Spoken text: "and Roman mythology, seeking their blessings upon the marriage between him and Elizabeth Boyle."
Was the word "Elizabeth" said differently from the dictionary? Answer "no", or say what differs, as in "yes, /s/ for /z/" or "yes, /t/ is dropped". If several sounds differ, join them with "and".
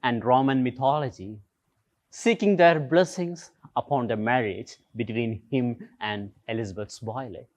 yes, /s/ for /θ/